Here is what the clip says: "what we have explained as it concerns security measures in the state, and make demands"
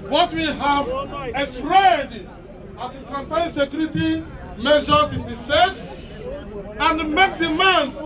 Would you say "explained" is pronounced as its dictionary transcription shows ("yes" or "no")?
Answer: no